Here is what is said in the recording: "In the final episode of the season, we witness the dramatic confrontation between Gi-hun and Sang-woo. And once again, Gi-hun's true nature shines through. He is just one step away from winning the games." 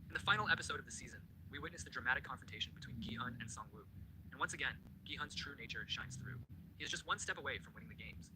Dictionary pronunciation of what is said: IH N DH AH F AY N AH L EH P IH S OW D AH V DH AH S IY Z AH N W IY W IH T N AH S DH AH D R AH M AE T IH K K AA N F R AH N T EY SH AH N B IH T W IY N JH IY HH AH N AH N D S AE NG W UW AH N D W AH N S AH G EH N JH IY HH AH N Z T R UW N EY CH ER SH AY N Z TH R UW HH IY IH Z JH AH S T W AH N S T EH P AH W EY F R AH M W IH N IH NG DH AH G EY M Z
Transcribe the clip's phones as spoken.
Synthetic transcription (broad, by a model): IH N DH AH F AY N L EH P IH S OW D AH V DH AH S IY Z AH N W IY W IH T N AH S DH AH D R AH M AE T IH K K AA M F R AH N T EY SH N B IH T W IY N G IY HH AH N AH N S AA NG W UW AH N W AH N S AH G EH N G IY HH AH N Z T R UW N EY CH ER SH AY N Z TH R UW HH IY IH Z JH AH S T W AH N S T EH P AH W EY F R AH M W IH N IH NG DH AH G EY M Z